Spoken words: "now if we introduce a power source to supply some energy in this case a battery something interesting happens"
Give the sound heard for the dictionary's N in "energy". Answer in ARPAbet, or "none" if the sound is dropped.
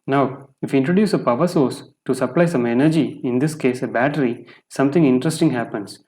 N